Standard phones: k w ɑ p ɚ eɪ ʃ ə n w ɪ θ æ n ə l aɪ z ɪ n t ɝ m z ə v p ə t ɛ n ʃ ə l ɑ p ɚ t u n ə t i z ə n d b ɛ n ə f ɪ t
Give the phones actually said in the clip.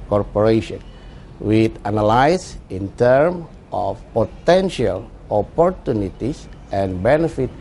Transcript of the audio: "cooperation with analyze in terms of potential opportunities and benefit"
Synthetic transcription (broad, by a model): k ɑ p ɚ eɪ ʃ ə n w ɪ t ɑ n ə l aɪ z ɪ n t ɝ m ə f p ə t ɛ n ʃ ə l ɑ p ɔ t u n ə t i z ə n b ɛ n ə f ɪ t